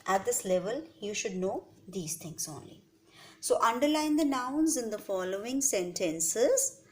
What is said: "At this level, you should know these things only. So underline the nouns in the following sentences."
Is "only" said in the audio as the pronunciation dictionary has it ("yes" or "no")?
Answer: yes